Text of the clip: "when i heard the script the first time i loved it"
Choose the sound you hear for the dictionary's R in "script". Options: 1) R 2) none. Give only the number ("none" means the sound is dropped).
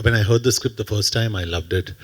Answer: 1